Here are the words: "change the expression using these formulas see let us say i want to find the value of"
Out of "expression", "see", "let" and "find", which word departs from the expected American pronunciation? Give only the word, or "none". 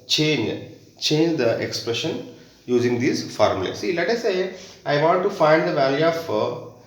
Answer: none